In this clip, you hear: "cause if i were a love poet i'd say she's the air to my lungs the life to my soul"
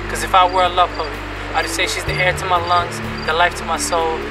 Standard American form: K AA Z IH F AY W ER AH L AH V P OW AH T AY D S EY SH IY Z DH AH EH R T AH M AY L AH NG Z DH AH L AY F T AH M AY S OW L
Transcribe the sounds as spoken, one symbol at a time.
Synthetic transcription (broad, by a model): K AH Z IH F AY W ER AH L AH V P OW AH AY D S EY SH IY Z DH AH EH R T AH M AY L AH NG Z DH AH L AY F T AH M AY S OW L